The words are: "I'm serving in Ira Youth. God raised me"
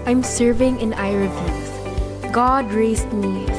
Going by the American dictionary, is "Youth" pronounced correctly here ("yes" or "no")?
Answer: no